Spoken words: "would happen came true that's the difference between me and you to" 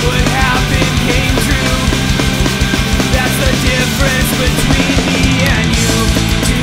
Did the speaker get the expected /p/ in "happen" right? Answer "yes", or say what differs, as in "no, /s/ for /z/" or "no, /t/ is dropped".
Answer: no, /b/ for /p/